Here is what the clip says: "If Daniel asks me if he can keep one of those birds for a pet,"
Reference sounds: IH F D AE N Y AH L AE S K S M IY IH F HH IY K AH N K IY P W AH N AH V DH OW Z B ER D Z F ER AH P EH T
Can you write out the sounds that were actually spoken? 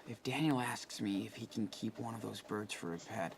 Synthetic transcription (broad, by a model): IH F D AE N Y L AE S K S M IY IH F HH IY K N K IY P W AH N AH V DH OW Z B ER D Z F ER AH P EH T